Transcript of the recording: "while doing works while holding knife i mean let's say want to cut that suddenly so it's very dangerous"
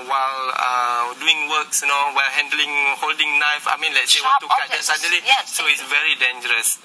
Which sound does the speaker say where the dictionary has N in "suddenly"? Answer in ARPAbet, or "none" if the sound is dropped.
none